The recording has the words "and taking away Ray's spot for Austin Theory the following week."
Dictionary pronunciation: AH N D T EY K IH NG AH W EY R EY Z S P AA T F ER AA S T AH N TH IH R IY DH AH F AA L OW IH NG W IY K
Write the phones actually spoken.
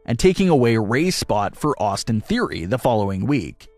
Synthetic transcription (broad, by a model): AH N T EY K IH NG AH W EY R EY S P AA T F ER AA S T AH N TH IH R IY DH AH F AA L OW IH NG W IY K